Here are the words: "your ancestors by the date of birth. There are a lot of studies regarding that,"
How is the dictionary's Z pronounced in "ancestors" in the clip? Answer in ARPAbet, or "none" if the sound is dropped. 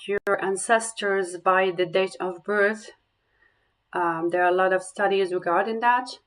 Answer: Z